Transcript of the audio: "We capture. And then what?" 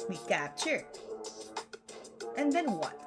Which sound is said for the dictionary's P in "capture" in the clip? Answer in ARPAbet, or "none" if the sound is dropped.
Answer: none